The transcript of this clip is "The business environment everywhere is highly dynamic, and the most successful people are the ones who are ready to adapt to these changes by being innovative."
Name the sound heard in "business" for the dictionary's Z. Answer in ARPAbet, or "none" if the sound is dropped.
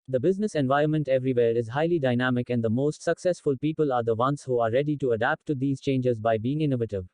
Z